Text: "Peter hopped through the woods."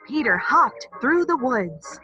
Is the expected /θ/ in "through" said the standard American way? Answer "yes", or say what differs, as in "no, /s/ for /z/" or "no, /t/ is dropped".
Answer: yes